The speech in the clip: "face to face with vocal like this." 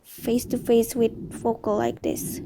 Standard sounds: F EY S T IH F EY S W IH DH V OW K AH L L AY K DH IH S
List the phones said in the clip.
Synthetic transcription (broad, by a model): F EY S T IH F EY S W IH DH F OW K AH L L AY K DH IH S